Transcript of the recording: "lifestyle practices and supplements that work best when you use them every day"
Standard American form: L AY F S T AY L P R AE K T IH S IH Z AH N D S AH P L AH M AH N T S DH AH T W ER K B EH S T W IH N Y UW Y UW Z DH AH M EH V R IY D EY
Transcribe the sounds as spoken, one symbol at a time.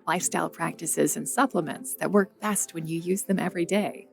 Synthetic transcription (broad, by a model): L AY F S T AY L P R AE K T IH S IH Z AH N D S AH P L AH M AH N T S DH AH T W ER K B EH S T W IH N Y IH Y UW Z DH AH M EH V R IY D EY